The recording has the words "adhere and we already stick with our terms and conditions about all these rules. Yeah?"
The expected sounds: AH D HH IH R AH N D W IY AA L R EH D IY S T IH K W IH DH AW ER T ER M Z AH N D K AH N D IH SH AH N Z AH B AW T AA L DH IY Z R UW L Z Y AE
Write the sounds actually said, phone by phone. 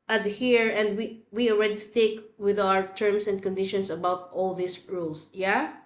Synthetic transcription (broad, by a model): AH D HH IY R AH N D W IY AA L R EH D IY S T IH K W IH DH AW ER T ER M S AH N D K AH N D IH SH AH N S AH B AW T AA L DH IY S R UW L S Y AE